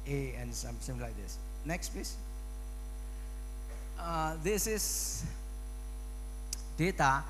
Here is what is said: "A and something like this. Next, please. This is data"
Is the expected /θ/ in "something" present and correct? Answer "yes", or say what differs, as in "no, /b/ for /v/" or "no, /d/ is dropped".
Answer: no, /s/ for /θ/